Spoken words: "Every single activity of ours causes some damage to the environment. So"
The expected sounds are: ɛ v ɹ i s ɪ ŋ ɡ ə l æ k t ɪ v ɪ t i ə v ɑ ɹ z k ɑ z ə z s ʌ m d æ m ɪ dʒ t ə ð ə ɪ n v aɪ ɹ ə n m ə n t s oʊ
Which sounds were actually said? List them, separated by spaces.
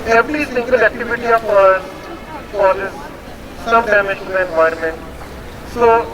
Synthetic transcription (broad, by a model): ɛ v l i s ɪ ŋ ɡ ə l æ k t ɪ v ɪ t i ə f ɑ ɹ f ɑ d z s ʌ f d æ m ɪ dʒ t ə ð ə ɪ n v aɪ ə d m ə n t s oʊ